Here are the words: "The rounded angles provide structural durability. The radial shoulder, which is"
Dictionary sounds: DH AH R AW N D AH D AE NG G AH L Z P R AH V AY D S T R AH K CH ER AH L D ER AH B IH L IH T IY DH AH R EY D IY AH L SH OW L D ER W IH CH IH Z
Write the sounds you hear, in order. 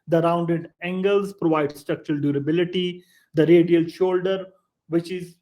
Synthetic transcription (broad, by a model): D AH R AW N D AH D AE NG G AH L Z P R AH V AY D S T R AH K CH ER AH L D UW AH B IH L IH T IY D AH R EY D IY AH L SH OW L D ER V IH CH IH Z